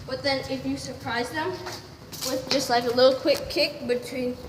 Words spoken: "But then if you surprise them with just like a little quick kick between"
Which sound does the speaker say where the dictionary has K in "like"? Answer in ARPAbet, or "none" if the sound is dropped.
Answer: K